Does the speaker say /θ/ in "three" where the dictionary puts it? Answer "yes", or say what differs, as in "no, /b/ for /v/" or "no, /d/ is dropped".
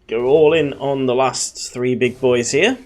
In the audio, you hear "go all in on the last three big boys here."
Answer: yes